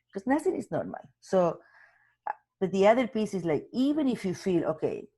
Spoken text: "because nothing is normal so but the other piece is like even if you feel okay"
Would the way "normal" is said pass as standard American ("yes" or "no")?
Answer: no